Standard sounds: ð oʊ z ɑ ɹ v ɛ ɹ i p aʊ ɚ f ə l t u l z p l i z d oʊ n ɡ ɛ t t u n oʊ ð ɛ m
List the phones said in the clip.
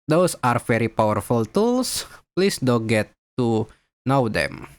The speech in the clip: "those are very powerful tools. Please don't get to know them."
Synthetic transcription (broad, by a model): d oʊ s ɑ ɹ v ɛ ɹ i p aʊ ɚ f ə l t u l s p l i s d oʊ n ɡ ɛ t t u n oʊ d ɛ m